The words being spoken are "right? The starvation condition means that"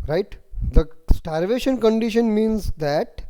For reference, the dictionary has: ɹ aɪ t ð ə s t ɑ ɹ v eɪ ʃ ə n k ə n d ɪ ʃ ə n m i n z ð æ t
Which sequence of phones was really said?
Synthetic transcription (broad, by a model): ɹ aɪ t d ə s t ɑ ɹ v eɪ ʃ ə n k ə n d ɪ ʃ ə n m i n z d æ t